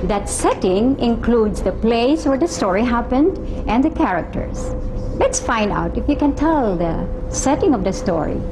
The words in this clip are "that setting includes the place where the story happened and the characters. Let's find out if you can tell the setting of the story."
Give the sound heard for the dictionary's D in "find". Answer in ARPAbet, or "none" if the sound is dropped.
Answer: D